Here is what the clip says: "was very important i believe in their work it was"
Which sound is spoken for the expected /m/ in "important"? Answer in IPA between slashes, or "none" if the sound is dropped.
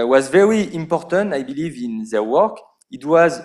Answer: /m/